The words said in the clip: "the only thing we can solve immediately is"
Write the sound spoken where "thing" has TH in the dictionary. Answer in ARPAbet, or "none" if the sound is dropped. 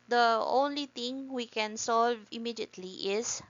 T